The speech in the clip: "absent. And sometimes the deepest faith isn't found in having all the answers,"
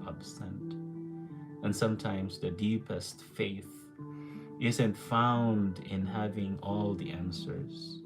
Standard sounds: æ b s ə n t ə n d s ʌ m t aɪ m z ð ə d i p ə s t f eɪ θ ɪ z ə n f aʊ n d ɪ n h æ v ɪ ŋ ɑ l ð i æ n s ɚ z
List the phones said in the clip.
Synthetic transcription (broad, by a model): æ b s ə n t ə n s ʌ m t aɪ m z ð ə d i p ə s t f eɪ θ ɪ z ə n f aʊ n d ɪ n h æ v ɪ ŋ ɑ l ð i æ n s ɚ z